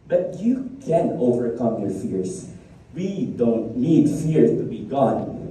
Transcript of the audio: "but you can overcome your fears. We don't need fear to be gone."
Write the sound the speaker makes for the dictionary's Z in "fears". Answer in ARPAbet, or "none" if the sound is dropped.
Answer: S